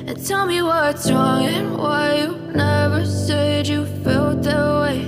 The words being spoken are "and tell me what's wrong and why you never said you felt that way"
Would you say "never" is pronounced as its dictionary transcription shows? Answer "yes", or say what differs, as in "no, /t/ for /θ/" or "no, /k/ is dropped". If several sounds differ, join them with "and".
yes